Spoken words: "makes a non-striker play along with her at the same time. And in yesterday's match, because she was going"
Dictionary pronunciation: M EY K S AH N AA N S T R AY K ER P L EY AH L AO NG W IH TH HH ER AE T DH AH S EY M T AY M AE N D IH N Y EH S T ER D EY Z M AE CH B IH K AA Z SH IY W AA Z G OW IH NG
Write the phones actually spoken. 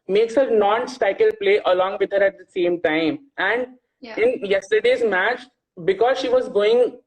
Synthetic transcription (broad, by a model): M EY K S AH N AA N S T AY K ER P L EY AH L AO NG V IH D HH ER AE T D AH S EY M T AY M AE N D IH N Y EH S T ER D EY Z M AE CH B IH K AA Z SH IY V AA Z G OW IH NG